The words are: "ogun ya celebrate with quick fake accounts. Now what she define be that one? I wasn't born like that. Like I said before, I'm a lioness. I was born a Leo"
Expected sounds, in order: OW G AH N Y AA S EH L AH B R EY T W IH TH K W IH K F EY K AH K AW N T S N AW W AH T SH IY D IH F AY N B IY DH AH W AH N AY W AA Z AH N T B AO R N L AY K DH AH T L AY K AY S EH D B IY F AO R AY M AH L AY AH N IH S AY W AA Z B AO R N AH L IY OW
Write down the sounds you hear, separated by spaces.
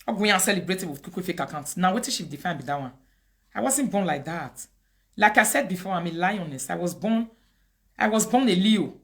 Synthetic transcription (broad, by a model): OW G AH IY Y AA S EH L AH B R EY T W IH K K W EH F EY K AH K AW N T N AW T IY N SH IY D IH F AY N B IY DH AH W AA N AY W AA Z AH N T B AO N L AY K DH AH T L AY K AY S EH D B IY F AO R AY M AH L AY AH N IH S AY W AA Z B AO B N AH L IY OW